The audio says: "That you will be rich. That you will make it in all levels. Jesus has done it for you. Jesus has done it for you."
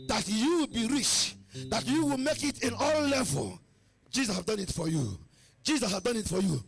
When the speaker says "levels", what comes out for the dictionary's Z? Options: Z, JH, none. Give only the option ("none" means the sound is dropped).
none